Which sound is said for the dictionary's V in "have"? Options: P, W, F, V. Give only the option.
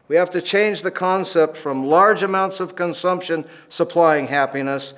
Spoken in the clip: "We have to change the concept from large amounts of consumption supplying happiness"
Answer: F